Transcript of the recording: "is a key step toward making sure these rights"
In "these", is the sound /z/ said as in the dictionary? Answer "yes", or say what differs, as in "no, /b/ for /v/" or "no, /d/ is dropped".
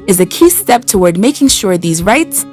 yes